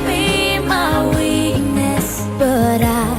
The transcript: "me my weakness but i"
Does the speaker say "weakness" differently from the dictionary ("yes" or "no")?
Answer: yes